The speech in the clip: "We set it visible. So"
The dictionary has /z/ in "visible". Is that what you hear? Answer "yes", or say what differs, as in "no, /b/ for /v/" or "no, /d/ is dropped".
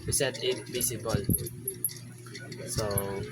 no, /s/ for /z/